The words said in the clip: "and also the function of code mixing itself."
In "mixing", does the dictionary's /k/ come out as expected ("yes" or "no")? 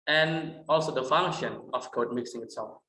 yes